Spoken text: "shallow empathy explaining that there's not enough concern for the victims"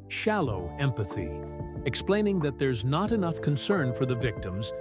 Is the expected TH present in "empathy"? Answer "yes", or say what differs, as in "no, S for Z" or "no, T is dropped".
yes